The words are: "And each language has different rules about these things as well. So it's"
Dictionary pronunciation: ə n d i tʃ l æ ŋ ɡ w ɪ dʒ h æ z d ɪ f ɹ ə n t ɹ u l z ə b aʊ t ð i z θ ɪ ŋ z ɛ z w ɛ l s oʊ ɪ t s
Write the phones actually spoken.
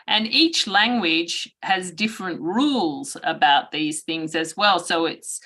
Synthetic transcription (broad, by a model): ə n i tʃ l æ ŋ ɡ w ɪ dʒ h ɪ z d ɪ f ɹ ə n t ɹ u l z ə b aʊ t ð i z θ ɪ ŋ z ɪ z w ɛ l s oʊ ɪ t s